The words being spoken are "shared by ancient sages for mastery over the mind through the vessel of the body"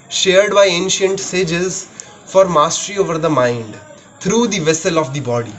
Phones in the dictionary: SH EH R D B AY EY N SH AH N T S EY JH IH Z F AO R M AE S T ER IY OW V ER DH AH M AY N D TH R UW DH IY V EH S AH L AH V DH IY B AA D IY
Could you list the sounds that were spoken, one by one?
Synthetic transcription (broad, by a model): SH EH R D B AY EY N SH AH N T S EY JH IH Z F AO R M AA S T ER IY OW V ER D AH M AY N D T R UW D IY V EH S AH L AH V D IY B AA D IY